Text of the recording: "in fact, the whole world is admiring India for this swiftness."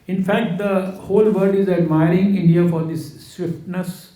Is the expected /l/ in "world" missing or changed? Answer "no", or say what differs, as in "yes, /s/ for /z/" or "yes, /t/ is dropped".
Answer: yes, /l/ is dropped